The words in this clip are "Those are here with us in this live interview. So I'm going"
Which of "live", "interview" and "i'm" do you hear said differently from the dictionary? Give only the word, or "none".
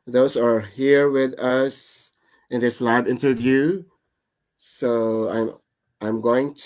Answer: live